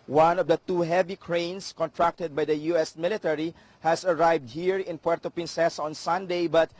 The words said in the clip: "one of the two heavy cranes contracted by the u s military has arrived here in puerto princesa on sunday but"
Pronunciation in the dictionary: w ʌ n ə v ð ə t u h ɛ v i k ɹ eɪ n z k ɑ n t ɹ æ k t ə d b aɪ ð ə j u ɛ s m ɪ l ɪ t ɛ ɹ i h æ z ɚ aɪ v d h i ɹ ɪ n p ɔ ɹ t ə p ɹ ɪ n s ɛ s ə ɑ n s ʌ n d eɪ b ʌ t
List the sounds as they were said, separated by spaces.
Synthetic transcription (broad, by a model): w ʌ n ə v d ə t u h ɛ v i k ɹ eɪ n s k ɑ n t ɹ æ k t ə d b aɪ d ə j u ɛ s m ɪ l ɪ t ɛ ɹ i h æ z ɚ aɪ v d h i ɹ ɪ n p ɔ ɹ t ə p ɪ n s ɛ s ɑ n s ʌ n d eɪ b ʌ t